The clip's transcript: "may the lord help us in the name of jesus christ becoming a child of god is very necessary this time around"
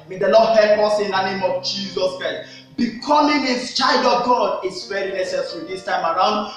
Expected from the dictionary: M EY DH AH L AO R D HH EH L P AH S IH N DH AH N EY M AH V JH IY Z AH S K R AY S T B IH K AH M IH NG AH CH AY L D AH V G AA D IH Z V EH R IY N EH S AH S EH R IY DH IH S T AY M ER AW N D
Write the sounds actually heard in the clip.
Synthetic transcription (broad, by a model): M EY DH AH L AO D HH EH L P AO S IH N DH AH N EY M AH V JH IY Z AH S K R AY S T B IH K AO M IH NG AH CH AY L D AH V G AA D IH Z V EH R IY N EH S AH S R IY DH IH S T AY M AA AW N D